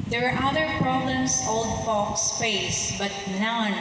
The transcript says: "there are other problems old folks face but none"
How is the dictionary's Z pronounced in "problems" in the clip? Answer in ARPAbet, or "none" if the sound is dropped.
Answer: S